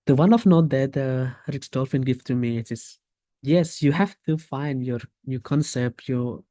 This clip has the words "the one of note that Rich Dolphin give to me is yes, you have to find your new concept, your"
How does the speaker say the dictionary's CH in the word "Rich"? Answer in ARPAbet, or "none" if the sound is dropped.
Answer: S